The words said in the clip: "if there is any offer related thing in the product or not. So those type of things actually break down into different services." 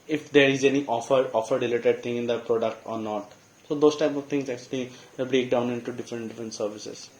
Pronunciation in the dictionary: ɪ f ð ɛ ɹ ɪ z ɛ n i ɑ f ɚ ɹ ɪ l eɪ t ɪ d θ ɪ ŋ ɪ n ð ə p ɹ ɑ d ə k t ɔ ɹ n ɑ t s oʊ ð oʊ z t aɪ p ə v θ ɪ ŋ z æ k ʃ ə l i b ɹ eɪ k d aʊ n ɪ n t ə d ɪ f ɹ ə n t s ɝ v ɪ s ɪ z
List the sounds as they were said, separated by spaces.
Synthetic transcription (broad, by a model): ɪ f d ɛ ɹ ɪ z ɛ n i ɑ f ɚ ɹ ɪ l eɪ t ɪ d t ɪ ŋ ɪ n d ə p ɹ ɑ d ə k t ɔ ɹ n ɑ t s oʊ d oʊ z t aɪ p ə v t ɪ ŋ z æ k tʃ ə l i b ɹ eɪ k d aʊ n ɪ n t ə d ɪ f ɹ ə n t s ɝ v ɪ s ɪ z